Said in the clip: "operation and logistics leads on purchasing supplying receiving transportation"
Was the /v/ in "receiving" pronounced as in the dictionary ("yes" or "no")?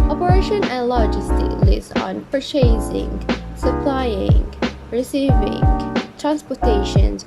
yes